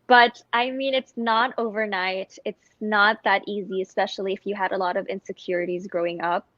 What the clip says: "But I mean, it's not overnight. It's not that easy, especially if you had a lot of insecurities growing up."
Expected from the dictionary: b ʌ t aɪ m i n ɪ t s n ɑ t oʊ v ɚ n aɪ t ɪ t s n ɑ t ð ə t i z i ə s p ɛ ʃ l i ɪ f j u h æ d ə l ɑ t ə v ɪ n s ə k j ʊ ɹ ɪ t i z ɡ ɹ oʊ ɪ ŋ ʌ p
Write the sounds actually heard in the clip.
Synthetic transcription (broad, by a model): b ʌ t aɪ m i n ɪ t s n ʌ t oʊ v ɚ n aɪ t ɪ t s n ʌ t ð ə t i z i ə s p ɛ ʃ l i ɪ f j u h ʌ d ə l ɑ t ə v ɪ n s ə k j ʊ ɹ ɪ t i z ɡ ɹ oʊ ɪ ŋ ʌ p